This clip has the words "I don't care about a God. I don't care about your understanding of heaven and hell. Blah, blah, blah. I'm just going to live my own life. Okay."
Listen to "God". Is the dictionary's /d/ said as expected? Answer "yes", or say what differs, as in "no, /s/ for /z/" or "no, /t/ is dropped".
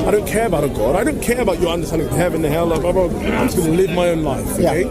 yes